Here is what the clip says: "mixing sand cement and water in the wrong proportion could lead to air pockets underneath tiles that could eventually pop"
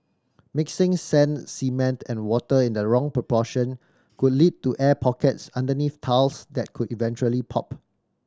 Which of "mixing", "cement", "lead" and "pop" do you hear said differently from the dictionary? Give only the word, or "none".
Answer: none